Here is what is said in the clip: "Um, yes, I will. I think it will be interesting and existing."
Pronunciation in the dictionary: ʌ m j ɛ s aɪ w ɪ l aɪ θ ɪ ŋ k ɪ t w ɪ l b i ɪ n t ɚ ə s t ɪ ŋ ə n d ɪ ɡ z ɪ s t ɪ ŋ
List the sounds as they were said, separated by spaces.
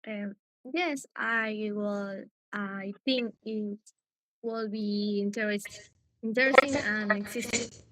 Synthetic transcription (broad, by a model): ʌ m j ɛ s aɪ w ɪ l aɪ θ ɪ ŋ k ɪ t w ɪ l b i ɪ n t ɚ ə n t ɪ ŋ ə n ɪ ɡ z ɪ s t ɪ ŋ